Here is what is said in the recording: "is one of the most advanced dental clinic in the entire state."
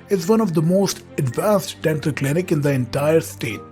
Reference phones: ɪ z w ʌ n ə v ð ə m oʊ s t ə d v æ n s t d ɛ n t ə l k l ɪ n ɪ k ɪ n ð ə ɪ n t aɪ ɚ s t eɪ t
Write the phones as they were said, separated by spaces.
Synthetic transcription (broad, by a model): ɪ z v ʌ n ə v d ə m oʊ s t ə d v æ n s t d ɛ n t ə k l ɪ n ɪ k ɪ n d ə ɪ n t aɪ ɚ s t eɪ t